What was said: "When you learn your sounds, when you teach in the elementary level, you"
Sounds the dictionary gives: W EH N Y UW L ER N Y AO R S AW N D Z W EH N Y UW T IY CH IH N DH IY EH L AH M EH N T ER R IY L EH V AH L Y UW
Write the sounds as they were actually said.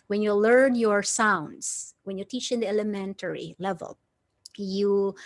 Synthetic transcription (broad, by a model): W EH N Y UW L ER N Y AO R S AW N D S W EH N Y UW T IY CH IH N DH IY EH L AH M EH N T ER R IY L EH V AH L Y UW